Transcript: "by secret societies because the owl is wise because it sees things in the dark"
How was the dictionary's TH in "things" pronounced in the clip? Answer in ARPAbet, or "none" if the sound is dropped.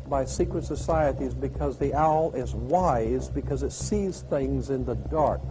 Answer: TH